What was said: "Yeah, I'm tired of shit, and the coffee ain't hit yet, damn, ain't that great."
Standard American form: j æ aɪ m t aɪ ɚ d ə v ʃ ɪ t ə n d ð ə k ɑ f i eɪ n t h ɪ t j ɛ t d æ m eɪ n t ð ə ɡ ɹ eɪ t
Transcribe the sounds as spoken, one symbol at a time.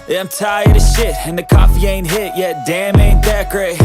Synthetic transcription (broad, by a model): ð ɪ aɪ m t aɪ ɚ d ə ʃ ɪ t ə n ð ə k ɑ f i eɪ n t h ɪ t j ɛ t d æ m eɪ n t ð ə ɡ ɹ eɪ